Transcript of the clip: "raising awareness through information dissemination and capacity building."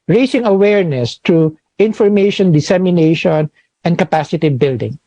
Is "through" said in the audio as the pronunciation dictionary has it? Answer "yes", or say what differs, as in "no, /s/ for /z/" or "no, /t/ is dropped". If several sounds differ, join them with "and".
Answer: no, /t/ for /θ/